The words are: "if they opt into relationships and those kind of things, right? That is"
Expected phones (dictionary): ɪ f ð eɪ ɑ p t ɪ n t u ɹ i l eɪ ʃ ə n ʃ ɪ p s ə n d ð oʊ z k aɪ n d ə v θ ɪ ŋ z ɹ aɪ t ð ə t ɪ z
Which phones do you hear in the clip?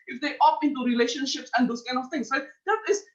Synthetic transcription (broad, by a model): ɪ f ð eɪ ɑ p ɪ n t u ɹ i l eɪ ʃ ə n ʃ ɪ p s ə n d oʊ s k aɪ n d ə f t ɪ ŋ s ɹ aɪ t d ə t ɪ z